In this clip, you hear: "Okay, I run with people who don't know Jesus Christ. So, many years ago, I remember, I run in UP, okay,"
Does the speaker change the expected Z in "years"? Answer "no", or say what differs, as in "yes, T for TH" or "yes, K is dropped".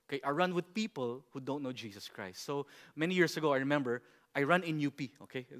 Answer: yes, S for Z